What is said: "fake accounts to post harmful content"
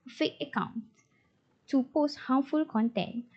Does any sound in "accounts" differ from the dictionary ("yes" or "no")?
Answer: yes